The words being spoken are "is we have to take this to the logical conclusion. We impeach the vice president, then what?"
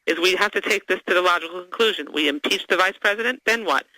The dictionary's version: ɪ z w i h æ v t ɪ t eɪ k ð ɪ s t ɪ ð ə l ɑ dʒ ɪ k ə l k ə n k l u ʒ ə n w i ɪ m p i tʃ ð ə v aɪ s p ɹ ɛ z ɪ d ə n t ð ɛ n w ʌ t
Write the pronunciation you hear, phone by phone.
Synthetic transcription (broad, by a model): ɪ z w i h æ f t ɪ t eɪ k ð ɪ s t ɪ ð ə l ɑ dʒ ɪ k l k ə n k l u ʒ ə n w i ɪ m p i tʃ ð ə v aɪ s p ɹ ɛ z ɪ d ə n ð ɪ n w ʌ t